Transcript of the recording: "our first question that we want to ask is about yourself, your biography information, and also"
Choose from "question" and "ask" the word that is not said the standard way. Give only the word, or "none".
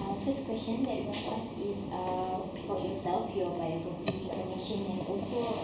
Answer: ask